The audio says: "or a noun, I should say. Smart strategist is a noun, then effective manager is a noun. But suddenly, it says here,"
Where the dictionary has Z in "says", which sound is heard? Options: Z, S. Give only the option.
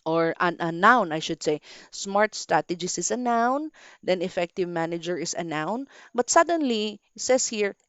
S